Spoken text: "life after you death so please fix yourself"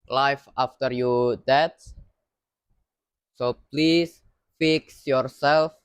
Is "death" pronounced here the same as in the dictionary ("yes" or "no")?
no